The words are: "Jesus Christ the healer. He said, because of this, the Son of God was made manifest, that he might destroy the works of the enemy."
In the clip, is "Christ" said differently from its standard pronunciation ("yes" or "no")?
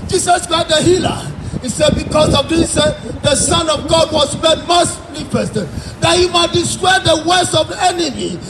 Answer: yes